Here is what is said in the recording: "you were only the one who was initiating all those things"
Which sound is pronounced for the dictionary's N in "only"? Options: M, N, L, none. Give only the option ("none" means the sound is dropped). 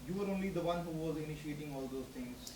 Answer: N